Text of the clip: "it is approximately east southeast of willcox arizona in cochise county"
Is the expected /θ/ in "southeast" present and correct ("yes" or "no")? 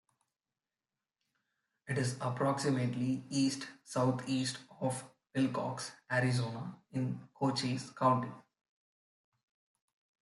no